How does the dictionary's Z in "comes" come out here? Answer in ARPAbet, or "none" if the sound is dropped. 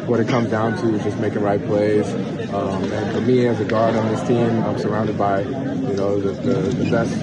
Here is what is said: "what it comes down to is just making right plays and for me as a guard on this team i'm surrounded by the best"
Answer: Z